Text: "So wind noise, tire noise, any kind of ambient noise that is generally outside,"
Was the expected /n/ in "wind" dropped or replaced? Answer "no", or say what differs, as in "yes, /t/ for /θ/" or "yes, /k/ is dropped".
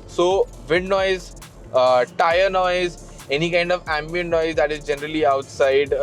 yes, /n/ is dropped